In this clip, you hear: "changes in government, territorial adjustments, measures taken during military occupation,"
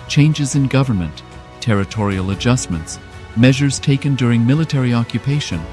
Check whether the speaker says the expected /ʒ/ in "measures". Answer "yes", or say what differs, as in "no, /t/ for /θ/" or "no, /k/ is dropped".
yes